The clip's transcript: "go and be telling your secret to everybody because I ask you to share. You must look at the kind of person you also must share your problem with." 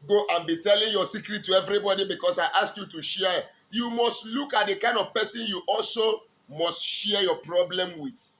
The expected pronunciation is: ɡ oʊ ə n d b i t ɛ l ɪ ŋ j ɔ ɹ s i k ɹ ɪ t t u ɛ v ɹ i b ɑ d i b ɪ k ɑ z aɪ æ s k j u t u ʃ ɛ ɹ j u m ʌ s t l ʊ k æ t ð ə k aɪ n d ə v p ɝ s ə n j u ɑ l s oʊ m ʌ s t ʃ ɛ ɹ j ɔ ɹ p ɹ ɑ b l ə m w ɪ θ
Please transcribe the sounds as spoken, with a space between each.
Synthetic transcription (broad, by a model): ɡ oʊ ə n b i t ɛ l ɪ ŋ j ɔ s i k ɹ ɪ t t u ɛ v ɹ i b ɑ d i b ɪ k ɑ s aɪ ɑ s k j u t u ʃ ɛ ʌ j u m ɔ s t l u k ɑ t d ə k aɪ n d ə v p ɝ s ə n j u ɑ l s oʊ m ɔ s t ʃ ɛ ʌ j ɔ p ɹ ɑ b l ə m w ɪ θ